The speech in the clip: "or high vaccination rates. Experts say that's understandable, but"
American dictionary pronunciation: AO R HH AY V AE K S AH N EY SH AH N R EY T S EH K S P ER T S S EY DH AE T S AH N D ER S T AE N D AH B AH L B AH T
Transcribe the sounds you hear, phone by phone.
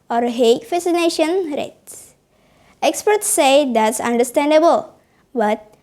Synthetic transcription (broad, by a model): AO R HH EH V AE S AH N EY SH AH N R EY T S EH K S P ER T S S EY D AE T S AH N D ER S T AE N D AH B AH L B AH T